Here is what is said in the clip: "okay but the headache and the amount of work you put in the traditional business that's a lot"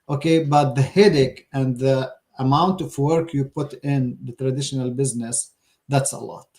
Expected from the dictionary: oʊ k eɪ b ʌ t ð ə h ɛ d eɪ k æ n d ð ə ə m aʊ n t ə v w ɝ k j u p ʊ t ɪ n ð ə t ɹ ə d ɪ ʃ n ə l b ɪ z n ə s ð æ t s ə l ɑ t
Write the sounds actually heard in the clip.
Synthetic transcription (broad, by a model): oʊ k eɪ b ʌ t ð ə h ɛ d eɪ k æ n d ð ə ə m aʊ n t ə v w ɝ k j u p ʊ t ɪ n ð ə t ɹ ə d ɪ ʃ n ə l b ɪ z n ə s ð æ t s ə l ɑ t